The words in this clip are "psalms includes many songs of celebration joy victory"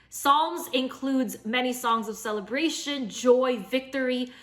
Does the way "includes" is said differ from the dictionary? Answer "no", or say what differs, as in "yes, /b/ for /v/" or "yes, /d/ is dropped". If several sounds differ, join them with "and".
no